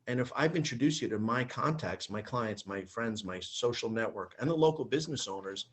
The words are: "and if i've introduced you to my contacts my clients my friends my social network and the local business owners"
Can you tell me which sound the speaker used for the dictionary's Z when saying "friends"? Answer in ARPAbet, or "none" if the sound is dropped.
Z